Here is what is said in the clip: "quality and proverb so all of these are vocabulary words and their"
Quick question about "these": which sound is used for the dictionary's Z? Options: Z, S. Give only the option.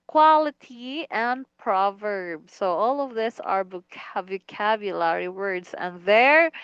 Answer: S